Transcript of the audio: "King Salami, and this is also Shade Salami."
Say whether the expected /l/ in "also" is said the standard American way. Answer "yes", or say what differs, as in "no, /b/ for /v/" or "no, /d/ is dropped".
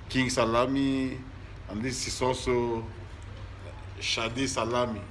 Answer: no, /l/ is dropped